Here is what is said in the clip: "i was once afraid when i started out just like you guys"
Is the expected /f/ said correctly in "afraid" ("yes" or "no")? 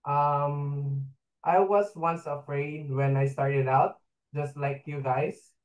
yes